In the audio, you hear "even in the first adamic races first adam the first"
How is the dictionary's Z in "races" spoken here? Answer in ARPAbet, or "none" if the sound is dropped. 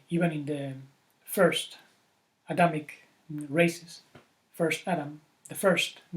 S